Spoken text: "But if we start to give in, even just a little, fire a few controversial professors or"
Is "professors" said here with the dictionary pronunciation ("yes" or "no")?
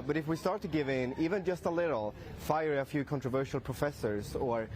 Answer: yes